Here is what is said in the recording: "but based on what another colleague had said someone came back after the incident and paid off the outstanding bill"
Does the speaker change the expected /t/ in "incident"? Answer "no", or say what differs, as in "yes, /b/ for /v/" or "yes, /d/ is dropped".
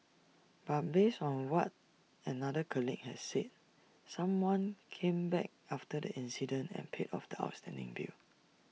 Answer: no